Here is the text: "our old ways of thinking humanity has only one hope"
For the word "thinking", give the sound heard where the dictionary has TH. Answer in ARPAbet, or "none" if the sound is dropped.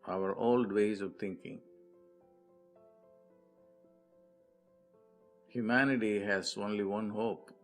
T